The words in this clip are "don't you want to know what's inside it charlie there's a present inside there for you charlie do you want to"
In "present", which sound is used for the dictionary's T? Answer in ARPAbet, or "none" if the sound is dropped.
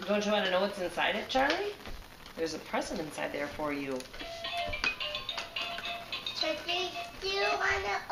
none